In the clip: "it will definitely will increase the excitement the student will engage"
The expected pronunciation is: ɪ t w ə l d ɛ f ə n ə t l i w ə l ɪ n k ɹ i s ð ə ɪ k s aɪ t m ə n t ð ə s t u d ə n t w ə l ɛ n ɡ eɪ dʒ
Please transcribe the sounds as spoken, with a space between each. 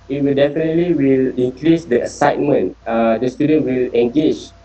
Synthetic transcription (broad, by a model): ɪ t w ə l d ɛ f ə n ə t l i w ə l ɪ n k ɹ i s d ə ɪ s aɪ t m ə n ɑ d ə s t u d ə n t w ə l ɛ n ɡ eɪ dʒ